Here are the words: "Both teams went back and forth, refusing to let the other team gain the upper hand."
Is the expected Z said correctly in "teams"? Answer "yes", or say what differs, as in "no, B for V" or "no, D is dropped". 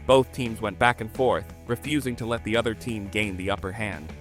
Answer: yes